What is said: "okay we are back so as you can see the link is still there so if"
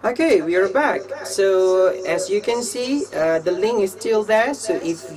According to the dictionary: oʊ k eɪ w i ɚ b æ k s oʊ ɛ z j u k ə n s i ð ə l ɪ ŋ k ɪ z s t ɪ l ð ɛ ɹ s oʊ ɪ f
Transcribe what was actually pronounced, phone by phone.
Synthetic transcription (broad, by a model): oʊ k eɪ w i ɚ b æ k s oʊ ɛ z j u k ə n s i ð ə l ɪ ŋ ɪ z s t ɪ l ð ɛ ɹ s oʊ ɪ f